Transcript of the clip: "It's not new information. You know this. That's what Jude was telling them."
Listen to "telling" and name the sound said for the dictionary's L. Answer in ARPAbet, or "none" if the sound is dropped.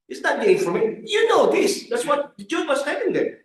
N